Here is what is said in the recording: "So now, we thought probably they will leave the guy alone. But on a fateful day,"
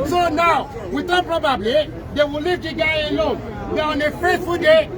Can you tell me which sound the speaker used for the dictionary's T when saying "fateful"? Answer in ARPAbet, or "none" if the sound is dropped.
S